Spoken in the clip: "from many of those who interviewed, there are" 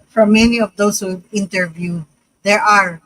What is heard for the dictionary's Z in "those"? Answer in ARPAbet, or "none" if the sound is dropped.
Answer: S